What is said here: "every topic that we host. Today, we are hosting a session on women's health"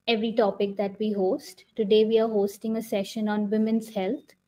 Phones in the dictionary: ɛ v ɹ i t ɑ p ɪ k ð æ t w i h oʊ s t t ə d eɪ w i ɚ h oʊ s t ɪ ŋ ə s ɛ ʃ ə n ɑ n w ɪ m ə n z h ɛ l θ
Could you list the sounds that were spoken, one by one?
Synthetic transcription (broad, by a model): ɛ v ɹ i t ɑ p ɪ k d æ t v i h oʊ s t t ə d eɪ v i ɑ h oʊ s t ɪ ŋ ə s ɛ ʃ ə n ɑ n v ɪ m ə n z h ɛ l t